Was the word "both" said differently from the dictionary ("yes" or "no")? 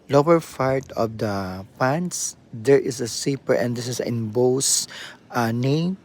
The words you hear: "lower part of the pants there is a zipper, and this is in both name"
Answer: yes